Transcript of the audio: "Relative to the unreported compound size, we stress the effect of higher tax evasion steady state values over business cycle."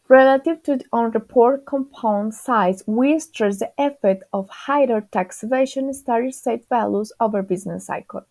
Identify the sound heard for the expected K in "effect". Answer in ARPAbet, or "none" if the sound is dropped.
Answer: none